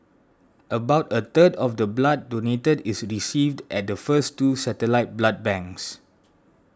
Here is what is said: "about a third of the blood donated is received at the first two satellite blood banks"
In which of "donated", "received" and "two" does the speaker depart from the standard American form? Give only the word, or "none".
none